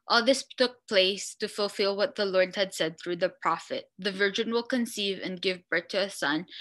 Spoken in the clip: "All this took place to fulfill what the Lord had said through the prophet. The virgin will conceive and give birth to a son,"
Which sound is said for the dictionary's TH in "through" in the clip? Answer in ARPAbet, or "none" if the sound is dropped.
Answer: TH